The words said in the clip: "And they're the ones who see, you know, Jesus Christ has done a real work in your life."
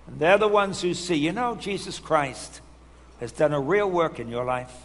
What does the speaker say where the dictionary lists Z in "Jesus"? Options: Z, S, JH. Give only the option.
Z